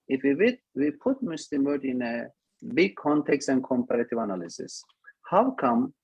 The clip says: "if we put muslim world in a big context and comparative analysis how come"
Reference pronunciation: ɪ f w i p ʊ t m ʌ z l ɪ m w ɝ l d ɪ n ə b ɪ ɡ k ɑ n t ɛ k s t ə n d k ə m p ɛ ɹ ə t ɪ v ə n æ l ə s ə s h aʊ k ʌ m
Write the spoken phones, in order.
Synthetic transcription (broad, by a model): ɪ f w i p ʊ t m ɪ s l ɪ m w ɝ d ɪ n ə b ɪ ɡ k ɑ n t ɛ k s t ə n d k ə m p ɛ ɹ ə t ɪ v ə n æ l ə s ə s h aʊ k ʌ m